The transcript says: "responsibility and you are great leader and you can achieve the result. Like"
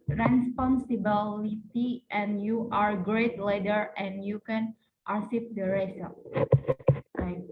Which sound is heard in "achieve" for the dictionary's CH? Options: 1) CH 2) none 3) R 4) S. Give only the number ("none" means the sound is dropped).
4